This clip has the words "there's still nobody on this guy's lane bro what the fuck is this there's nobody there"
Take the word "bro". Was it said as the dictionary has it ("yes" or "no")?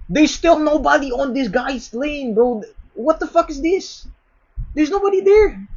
no